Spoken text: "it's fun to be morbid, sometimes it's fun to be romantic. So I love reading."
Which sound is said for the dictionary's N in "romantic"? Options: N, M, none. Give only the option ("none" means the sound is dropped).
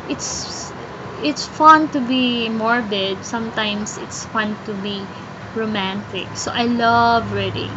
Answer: N